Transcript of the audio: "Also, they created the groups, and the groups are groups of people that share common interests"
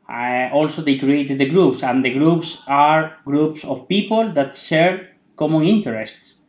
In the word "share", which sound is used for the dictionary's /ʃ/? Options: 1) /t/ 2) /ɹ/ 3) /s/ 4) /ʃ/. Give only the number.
3